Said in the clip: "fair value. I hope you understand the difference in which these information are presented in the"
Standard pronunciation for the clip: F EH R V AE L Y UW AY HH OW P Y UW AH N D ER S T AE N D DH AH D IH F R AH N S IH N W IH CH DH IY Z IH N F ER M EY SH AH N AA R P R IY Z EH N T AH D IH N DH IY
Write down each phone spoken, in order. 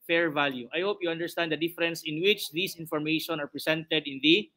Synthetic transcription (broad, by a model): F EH R V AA L Y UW AY HH OW P Y UW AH N D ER S T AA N D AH D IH F R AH N S IH N W IH CH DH IY S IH N F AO M EY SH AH N AA R P R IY S EH N T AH D IH N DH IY